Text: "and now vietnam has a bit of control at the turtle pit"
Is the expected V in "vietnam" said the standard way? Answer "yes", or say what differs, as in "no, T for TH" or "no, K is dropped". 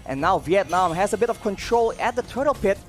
yes